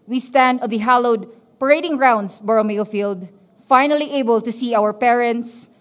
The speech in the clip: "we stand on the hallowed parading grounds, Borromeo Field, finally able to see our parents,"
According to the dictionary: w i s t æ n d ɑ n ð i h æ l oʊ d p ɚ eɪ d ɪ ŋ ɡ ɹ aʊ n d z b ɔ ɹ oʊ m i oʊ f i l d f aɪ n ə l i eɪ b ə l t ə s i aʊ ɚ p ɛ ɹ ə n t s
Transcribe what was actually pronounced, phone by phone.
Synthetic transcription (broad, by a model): w i s t æ n d ɑ n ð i h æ l oʊ d p ɚ eɪ d ɪ ŋ ɹ aʊ n d s b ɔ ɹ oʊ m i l f i l d f aɪ n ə l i eɪ b ə l t ə s i aʊ ɚ p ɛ ɹ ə n t s